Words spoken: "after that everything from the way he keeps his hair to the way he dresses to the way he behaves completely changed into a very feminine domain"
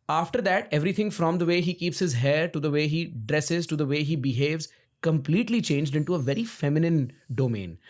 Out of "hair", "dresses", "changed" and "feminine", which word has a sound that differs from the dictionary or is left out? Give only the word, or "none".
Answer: none